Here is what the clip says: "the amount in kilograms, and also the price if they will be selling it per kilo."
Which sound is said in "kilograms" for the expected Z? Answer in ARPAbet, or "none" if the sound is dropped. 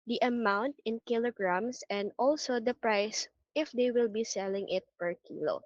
S